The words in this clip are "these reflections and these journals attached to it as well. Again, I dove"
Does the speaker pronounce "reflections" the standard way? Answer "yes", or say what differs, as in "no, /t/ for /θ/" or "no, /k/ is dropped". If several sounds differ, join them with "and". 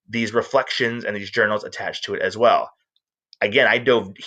yes